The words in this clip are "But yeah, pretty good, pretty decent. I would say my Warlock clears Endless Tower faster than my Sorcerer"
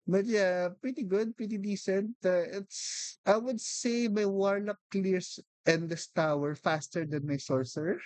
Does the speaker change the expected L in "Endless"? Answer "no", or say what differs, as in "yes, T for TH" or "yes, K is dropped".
yes, L is dropped